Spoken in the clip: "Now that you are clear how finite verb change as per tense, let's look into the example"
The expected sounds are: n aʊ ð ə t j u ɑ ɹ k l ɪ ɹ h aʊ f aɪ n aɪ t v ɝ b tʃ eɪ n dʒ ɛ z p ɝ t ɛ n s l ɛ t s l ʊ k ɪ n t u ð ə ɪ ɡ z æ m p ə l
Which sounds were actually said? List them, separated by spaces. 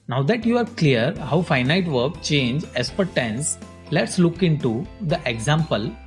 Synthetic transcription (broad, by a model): n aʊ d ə t j u ɑ ɹ k l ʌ ɹ h aʊ f aɪ n aɪ t v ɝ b tʃ eɪ n dʒ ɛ s p ɝ t ɛ n s l ɛ t s l ʊ k ɪ n t u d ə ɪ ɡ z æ m p ə l